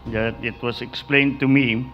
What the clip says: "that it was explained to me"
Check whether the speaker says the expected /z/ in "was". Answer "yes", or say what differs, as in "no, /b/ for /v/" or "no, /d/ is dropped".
no, /s/ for /z/